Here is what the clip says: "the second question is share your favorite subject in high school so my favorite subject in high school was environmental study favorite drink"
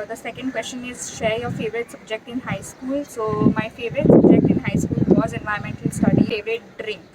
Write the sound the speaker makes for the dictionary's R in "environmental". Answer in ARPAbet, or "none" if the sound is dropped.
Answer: none